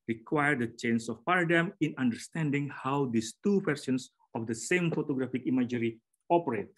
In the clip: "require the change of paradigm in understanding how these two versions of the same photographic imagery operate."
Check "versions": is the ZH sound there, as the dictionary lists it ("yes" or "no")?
no